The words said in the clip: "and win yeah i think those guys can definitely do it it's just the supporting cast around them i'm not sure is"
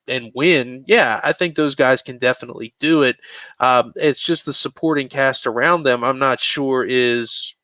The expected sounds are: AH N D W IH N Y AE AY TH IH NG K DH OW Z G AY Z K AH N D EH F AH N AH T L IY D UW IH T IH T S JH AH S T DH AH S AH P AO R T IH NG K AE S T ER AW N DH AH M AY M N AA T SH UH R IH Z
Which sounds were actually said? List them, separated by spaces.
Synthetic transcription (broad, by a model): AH N W IH N Y AE AY TH IH NG K DH OW Z G AY Z K AH N D EH F AH N AH T L IY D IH IH T IH T S JH AH S T DH AH S AH P AO R T IH NG K AE S T ER AW N DH AH M AY M N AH T SH UH R IH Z